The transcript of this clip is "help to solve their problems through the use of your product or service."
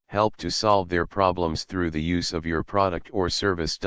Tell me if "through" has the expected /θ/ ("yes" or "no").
yes